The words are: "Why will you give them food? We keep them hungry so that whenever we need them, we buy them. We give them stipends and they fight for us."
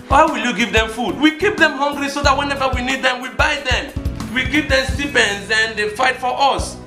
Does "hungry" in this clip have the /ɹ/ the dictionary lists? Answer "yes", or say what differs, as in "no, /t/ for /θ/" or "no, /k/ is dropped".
no, /l/ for /ɹ/